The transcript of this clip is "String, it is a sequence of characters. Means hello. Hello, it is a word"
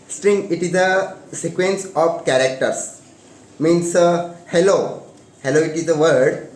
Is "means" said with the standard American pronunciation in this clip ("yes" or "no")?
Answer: no